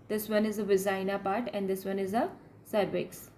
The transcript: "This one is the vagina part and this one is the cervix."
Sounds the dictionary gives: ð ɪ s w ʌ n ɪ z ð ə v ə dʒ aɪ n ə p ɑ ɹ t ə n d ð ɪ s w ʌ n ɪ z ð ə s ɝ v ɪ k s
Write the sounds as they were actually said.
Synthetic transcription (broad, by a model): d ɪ s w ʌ n ɪ z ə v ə z aɪ n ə p ɑ ɹ t ə n d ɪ s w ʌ n ɪ z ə s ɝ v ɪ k s